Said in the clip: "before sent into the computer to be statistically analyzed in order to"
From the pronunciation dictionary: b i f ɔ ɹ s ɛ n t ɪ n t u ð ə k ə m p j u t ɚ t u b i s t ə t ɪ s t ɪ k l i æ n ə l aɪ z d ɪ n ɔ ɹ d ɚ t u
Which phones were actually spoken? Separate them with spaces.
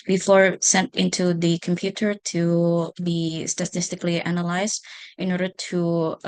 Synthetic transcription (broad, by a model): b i f ɔ ɹ s ɛ n t ɪ n t u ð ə k ə m p j u t ɚ t u b i s t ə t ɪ s t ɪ k l i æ n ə l aɪ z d ɪ n ɔ ɹ d ɚ t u